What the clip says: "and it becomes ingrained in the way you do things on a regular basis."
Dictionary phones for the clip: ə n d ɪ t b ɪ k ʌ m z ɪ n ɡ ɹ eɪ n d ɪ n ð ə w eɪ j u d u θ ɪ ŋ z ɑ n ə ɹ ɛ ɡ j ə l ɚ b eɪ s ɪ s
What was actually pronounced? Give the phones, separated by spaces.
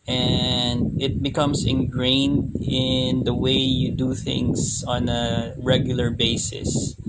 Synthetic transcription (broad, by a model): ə n d ɪ t b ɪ k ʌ m s ɪ n ɡ ɹ eɪ n d ɪ n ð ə w eɪ j u d u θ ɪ ŋ s ɑ n ə ɹ ɛ ɡ j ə l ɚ b eɪ s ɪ s